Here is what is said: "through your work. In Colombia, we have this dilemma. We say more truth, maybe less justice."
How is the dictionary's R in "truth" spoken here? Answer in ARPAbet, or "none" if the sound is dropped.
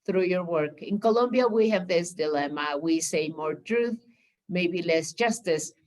R